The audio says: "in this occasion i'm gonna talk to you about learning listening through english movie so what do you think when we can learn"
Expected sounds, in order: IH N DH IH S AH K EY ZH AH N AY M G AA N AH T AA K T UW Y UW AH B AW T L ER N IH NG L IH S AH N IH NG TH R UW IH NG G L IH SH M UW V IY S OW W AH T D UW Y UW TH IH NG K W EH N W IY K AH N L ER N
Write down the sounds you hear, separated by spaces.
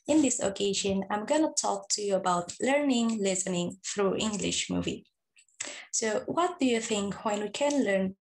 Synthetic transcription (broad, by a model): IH N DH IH S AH K EY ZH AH N AY M G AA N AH T AA K T UW Y UW AH B AW T L ER N IH NG L IH S AH N IH NG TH R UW IH NG G L IH SH M UW V IY S OW W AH T D UW Y UW TH IH NG K W EH N W IY K AH N L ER N